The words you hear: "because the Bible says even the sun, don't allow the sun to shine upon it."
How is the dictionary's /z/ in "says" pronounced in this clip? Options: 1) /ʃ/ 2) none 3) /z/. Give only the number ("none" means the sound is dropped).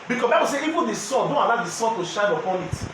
2